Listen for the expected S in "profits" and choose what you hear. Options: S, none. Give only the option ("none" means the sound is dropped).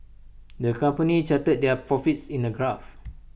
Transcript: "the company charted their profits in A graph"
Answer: S